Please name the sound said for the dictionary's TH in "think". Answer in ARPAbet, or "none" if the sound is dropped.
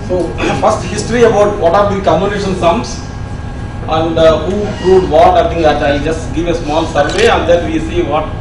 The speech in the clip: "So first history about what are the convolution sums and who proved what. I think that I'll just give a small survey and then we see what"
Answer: T